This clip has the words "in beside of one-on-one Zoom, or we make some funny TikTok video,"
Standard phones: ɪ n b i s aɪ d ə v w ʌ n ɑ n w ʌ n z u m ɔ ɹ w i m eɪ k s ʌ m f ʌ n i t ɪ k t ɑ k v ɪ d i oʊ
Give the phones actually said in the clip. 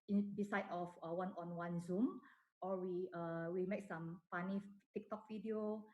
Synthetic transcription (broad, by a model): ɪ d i s aɪ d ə f w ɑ n ɑ n w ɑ n z u m ɔ w w i m eɪ k s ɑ m p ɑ n i t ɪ k t ɑ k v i d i oʊ